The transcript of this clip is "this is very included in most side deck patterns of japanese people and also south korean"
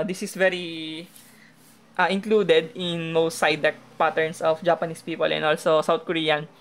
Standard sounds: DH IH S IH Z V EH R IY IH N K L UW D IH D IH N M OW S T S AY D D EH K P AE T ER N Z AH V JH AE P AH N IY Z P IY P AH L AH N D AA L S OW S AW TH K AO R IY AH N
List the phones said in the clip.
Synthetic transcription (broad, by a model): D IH S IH S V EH R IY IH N K L UW D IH D IH N M OW S T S AY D D EH K P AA T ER N S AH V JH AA P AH N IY S P IY P AH L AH N AA L S OW S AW T K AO R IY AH N